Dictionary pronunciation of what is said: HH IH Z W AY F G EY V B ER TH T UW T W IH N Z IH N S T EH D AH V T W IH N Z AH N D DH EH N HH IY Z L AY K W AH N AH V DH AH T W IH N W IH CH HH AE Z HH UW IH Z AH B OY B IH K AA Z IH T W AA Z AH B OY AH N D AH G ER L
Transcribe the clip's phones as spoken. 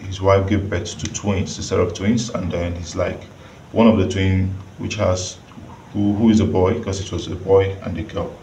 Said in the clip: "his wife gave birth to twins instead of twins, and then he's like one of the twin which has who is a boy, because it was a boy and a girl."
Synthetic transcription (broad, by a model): HH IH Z W AY F G EY V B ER T T UW T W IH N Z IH S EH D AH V T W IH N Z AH N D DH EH N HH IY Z L AY K W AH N AH V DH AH T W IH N W IH CH HH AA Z HH UW IH Z AH B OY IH K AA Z IH T W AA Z AH B OY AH N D AH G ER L